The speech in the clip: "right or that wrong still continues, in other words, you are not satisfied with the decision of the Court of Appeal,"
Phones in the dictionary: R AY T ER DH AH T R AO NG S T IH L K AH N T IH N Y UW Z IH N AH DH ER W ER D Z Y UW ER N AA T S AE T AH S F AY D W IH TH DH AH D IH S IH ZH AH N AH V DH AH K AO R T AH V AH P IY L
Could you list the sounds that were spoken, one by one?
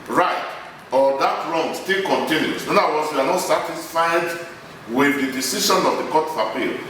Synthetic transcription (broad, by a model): R AY T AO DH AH T R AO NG S T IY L K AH N T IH N Y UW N IH N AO AA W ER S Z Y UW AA N AA T S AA T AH S F AY D W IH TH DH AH D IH S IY SH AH N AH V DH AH K AO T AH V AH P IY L